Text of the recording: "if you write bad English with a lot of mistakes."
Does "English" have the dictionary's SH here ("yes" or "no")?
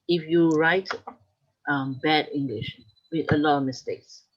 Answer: yes